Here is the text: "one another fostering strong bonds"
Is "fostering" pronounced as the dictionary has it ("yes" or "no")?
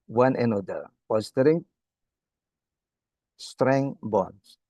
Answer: no